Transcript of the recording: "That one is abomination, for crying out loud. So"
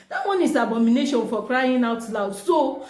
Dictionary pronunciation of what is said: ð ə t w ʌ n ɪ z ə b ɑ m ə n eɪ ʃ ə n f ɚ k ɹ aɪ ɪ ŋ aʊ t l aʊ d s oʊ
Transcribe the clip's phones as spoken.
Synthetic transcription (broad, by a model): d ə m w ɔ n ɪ s ə b ɑ m ə n eɪ ʃ ə n f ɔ k ɹ aɪ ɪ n aʊ t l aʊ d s oʊ